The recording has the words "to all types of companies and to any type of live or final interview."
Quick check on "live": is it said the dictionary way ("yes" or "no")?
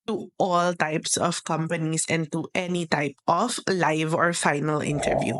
yes